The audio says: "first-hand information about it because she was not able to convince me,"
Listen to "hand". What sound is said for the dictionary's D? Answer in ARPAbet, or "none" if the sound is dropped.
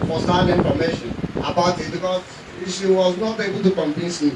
none